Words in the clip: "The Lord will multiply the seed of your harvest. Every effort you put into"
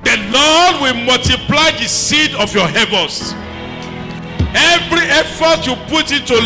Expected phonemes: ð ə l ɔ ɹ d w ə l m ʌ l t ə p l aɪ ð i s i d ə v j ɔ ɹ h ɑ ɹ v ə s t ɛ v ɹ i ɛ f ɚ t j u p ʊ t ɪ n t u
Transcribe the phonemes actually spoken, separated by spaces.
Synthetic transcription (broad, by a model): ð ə l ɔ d w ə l m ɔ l t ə p l aɪ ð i s i d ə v j ɔ h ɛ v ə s ɛ v ɹ i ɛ f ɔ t j u p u t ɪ n t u